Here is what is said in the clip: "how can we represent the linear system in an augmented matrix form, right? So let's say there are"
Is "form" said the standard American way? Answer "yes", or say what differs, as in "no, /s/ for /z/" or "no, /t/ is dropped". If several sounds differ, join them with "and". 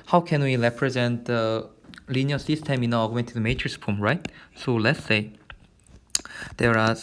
no, /p/ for /f/